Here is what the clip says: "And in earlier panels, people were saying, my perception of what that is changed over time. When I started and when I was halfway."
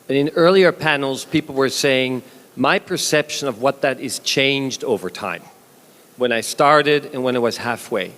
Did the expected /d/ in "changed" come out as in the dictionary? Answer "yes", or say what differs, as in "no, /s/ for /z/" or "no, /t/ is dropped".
yes